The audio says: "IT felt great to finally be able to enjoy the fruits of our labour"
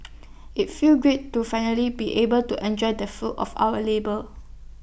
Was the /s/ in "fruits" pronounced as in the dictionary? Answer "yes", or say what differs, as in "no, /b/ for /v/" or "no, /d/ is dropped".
no, /s/ is dropped